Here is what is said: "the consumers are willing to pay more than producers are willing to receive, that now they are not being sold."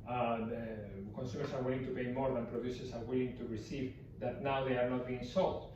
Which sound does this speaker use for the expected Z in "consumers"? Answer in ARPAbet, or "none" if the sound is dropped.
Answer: S